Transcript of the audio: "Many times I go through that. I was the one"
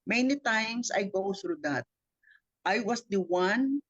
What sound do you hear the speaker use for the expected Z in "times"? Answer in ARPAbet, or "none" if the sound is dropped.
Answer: S